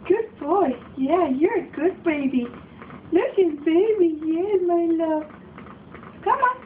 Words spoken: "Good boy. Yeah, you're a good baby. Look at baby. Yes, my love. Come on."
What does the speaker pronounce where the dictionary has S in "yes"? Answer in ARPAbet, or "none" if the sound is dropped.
none